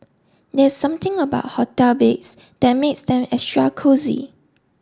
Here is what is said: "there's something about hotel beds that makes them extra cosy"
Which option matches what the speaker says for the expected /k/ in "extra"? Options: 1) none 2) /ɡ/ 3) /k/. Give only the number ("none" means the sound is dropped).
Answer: 1